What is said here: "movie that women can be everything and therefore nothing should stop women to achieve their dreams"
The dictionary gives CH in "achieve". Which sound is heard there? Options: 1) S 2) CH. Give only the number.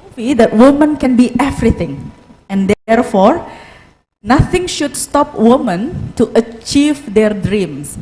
2